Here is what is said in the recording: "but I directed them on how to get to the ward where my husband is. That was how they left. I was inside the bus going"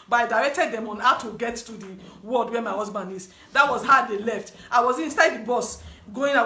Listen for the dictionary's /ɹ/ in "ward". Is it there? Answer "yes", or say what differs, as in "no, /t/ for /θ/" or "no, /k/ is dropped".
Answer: no, /l/ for /ɹ/